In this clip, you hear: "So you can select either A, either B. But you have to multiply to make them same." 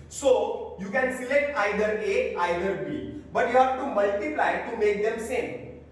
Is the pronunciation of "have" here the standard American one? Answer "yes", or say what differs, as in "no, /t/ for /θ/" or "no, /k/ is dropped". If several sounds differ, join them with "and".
no, /p/ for /v/